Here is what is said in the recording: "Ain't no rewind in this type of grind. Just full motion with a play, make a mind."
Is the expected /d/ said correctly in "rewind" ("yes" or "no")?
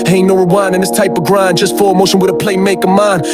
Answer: no